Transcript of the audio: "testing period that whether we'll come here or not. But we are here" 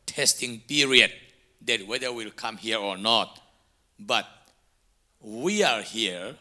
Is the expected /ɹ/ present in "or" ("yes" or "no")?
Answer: yes